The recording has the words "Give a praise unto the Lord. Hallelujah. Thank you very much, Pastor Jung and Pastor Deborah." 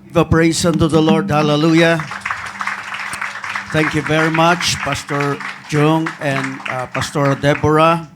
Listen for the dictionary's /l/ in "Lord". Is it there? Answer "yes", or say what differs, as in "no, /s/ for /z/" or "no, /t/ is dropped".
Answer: yes